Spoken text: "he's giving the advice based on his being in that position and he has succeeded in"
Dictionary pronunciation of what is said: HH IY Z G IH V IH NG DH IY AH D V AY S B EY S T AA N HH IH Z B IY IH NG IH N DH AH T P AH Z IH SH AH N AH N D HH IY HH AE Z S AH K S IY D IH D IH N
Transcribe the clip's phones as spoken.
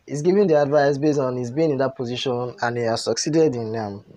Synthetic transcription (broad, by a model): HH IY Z G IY V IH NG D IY AH D V AY S B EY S AA N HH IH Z B IY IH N IH N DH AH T P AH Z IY SH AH N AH N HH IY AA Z S AH K S IY D IH D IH N